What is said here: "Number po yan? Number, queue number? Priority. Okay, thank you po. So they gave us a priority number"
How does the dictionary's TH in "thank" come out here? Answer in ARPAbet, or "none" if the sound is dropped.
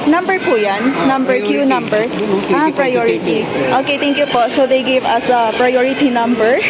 T